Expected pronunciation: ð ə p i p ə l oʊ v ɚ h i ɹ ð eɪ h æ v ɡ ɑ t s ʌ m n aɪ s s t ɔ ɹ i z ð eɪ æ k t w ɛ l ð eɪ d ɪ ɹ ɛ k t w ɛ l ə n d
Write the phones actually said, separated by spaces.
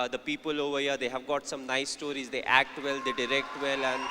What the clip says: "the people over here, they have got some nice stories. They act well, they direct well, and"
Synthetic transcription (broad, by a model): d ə p i p ə l oʊ v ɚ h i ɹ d eɪ h æ v ɡ ɑ t s ʌ m n aɪ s s t ɔ ɹ i z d eɪ æ k t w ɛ l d eɪ d ɪ ɹ ɛ k t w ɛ l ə n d